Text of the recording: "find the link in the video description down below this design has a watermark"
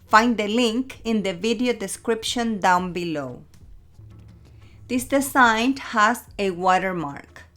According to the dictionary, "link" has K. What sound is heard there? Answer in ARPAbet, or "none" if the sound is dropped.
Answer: K